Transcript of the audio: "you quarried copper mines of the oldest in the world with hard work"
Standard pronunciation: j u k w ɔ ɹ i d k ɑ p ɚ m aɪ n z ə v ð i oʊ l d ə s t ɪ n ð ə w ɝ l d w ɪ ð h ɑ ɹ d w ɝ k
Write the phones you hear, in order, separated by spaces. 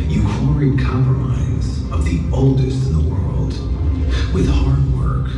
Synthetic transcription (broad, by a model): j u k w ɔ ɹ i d k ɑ p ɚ m aɪ z ə v ð i oʊ l d ə s t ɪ n ð ə w ɝ l d w ɪ ð h ɑ ɹ d w ɝ k